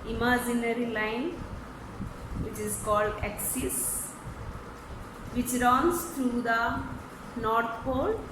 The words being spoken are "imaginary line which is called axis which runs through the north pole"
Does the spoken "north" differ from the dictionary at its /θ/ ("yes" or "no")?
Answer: yes